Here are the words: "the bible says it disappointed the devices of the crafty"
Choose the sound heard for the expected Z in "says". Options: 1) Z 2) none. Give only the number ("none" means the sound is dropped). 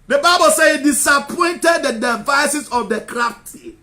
2